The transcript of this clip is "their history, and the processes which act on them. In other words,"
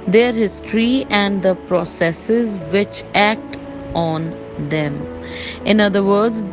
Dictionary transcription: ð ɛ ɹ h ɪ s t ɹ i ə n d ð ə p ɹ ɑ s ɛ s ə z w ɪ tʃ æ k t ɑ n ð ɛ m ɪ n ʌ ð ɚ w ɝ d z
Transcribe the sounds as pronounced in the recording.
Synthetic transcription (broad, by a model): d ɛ ɹ h ɪ s t ɹ i ə n d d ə p ɹ ɑ s ɛ s ə z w ɪ tʃ æ k t ɑ n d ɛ m ɪ n ʌ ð ɚ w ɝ d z